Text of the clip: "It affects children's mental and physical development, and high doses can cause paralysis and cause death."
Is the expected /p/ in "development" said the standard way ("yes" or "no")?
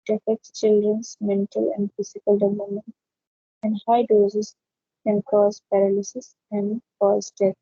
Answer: no